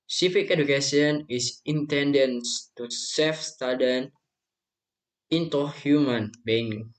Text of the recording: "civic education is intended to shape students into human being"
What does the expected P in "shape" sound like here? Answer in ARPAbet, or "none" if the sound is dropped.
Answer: F